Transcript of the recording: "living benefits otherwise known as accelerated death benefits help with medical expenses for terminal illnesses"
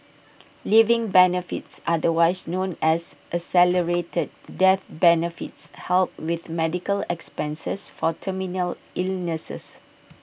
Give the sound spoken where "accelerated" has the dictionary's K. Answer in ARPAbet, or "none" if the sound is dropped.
none